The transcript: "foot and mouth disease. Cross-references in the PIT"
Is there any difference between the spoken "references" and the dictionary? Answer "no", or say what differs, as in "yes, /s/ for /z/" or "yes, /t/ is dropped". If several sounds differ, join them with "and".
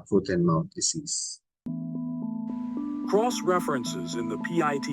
no